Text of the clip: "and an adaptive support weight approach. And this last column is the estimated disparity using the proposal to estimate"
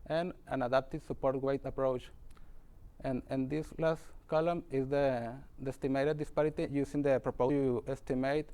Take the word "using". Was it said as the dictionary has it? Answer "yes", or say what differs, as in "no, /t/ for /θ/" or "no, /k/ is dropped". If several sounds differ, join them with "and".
no, /s/ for /z/